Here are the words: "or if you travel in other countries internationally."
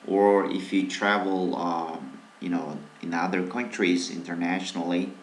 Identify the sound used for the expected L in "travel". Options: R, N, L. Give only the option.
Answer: N